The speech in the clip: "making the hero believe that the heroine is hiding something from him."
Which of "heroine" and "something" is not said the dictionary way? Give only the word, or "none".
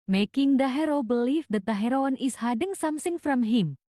something